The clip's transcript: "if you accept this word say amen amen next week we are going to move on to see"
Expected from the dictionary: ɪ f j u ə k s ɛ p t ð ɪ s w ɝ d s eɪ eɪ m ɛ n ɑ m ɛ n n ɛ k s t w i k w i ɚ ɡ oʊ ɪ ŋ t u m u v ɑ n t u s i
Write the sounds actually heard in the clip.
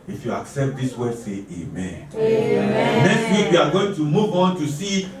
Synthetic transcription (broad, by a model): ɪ f j u ə k s ɛ p t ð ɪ s w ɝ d s eɪ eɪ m m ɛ n n ɛ k s t w i k w i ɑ ɡ oʊ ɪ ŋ t u m u v ɑ n t u s i